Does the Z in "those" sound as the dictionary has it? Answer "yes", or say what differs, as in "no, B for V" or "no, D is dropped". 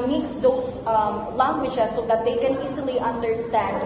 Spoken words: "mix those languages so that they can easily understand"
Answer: no, S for Z